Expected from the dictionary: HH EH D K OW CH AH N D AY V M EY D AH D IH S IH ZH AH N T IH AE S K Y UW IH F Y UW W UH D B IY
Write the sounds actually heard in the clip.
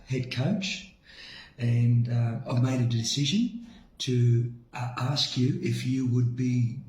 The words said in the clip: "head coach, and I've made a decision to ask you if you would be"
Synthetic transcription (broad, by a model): HH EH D K OW CH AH N AY V M EY D AH D IH S IH ZH AH N T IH AE S K Y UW IH F Y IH W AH D B IY